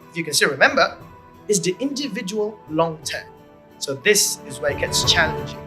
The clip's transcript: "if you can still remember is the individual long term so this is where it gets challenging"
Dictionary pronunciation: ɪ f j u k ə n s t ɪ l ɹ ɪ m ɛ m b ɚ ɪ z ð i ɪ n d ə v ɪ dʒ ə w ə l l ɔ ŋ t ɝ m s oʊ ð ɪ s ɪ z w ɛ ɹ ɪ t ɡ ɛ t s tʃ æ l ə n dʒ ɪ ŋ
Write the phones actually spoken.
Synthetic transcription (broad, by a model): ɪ f j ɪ k ə n s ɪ ɹ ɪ m ɛ m b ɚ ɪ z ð i ɪ n d ə v ɪ dʒ ə w ə l l ɔ ŋ t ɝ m s oʊ ð ɪ s ɪ z w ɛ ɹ ɪ t ɡ ɛ t s tʃ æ l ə n dʒ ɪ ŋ